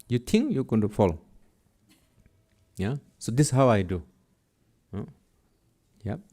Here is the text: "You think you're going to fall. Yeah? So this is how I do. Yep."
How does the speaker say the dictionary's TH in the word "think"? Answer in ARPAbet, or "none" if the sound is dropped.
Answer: T